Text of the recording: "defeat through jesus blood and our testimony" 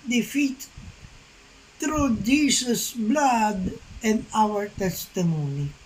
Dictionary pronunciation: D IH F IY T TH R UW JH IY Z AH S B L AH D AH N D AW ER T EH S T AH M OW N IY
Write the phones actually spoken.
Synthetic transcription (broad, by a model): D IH F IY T T R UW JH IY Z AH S B L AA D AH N AW ER T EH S T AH M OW N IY